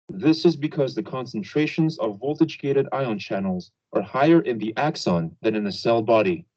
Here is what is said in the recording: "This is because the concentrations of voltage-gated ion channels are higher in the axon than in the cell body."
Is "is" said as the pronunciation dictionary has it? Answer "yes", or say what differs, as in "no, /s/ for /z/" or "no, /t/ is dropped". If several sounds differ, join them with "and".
yes